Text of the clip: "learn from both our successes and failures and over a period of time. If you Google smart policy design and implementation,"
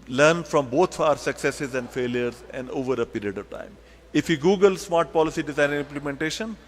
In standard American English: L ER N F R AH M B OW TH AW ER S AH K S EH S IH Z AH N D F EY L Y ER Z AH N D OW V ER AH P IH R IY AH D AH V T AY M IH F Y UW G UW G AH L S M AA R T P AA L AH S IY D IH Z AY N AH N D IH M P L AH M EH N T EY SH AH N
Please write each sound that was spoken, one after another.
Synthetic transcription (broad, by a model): L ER N F R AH M B OW T AW ER S AH K S EH S IH Z AH N D F EY L Y ER Z AH N D OW V ER AH P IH R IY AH D AH V T AY M IH F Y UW G UW G AH L S M AA R T P AA L AH S IY D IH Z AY AH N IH M P L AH M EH N T EY SH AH N